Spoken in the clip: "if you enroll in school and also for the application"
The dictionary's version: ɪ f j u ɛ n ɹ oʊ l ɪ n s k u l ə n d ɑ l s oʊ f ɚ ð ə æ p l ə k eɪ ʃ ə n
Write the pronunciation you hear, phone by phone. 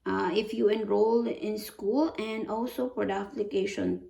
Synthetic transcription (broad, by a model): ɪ f j u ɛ n ɹ oʊ l ɪ n s k u l ə n d ɑ l s oʊ p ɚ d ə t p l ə k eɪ ʃ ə n